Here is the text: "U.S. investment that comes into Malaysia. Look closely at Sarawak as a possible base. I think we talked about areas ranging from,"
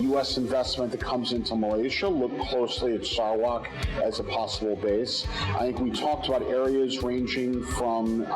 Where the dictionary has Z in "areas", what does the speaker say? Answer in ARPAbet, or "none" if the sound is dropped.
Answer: Z